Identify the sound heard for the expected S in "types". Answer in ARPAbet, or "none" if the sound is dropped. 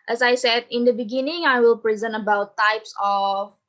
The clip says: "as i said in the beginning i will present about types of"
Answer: S